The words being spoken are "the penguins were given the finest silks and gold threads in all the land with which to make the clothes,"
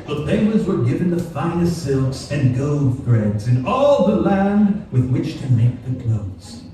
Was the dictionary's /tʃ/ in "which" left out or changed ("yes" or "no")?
no